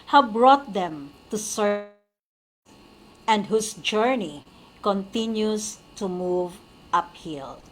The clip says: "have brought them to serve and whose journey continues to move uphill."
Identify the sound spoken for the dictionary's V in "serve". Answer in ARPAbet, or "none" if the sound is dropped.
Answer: none